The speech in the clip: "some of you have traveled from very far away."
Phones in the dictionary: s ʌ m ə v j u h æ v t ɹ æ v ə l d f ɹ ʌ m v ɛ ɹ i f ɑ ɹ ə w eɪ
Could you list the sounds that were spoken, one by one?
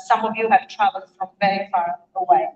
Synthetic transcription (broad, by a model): s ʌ m ə v j u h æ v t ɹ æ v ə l f ɹ ʌ m v ɛ ɹ i f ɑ ɹ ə w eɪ